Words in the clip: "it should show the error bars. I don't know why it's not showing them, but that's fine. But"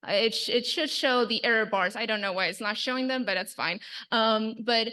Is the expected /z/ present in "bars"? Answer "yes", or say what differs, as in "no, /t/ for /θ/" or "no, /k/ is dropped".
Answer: yes